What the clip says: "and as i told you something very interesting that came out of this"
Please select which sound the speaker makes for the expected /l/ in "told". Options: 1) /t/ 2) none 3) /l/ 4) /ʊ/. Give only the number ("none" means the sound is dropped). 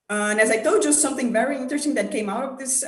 2